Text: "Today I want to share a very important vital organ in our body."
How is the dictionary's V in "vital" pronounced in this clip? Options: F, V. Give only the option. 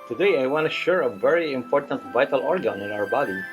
V